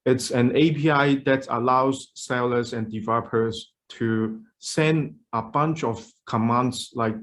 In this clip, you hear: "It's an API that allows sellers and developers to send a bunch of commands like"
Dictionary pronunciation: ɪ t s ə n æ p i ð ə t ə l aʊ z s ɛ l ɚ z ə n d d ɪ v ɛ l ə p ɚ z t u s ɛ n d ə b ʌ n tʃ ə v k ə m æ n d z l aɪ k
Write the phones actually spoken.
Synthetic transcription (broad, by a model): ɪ t s ə n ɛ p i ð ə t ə l aʊ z s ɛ l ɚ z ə n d d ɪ v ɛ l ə p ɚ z t u s ɛ n d ə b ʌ n tʃ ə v k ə m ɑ n d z l aɪ k